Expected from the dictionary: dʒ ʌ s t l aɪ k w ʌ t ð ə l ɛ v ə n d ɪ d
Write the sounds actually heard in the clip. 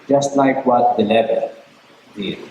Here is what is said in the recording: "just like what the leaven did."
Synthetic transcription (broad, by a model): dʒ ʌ s t l aɪ k w ʌ t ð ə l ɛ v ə l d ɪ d